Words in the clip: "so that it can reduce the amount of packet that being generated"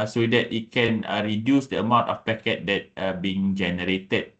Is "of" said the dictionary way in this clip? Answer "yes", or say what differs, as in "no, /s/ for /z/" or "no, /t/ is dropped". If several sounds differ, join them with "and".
no, /f/ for /v/